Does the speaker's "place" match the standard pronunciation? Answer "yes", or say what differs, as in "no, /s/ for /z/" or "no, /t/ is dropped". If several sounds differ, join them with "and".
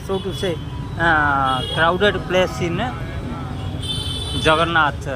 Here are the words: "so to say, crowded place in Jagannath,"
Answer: yes